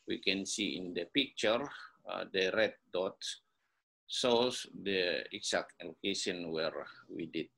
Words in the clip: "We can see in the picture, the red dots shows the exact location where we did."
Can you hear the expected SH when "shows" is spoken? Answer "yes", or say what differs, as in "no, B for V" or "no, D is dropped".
no, S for SH